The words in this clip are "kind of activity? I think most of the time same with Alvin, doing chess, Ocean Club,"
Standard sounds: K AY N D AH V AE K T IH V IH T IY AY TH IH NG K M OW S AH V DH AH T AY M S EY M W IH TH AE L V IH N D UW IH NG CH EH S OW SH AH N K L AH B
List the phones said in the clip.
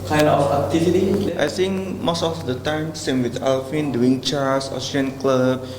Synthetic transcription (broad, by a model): K AY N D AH F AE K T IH F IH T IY AY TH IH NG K M OW S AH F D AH T AY M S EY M W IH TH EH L F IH N D UW IH NG CH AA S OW S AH N K L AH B